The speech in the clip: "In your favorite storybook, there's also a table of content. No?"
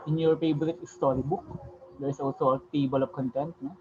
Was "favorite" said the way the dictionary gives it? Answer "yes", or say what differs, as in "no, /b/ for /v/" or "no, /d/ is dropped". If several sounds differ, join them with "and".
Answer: no, /p/ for /f/ and /b/ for /v/